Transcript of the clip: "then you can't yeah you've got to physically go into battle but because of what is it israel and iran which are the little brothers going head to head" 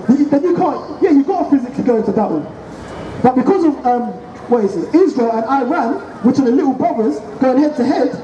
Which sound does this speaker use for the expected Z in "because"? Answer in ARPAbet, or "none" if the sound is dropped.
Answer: Z